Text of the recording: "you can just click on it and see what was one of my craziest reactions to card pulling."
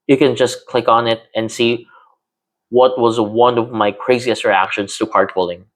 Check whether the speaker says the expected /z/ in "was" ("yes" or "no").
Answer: yes